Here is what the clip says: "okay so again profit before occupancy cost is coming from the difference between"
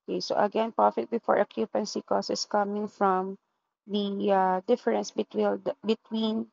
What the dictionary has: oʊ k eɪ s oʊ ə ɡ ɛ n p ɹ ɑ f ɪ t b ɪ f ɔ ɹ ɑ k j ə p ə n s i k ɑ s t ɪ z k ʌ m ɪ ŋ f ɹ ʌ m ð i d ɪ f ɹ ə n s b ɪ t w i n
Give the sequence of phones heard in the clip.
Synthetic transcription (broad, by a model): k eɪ s oʊ ə ɡ ɛ n p ɹ ɑ f ɪ t b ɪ f ɔ ɹ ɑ k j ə p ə n s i k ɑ s ɪ s k ʌ m ɪ ŋ f ɹ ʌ m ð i d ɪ f ɹ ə n s b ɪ t w i n